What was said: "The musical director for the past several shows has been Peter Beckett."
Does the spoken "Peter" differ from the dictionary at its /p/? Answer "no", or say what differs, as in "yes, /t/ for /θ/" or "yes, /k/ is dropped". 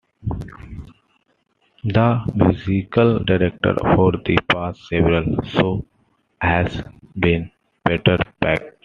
yes, /b/ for /p/